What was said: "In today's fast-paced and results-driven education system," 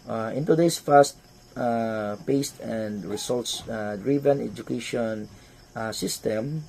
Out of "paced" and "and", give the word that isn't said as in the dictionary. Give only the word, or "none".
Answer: none